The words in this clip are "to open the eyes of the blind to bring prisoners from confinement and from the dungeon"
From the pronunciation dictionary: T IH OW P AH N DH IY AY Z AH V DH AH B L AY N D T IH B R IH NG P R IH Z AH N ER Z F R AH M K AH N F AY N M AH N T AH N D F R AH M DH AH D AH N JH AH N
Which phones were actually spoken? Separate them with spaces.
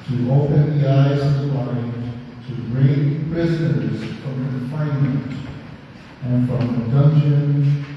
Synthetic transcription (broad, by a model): T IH OW P AH N DH IY AY Z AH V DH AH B AY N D T IH R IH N P R IH Z AH N ER Z F R AH M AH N F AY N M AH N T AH N F R AH M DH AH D AH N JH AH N